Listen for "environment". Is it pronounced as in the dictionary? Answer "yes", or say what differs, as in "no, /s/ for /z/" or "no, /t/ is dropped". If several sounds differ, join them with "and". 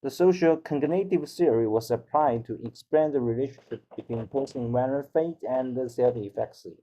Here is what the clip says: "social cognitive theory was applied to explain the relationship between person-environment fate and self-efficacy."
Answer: no, /m/ is dropped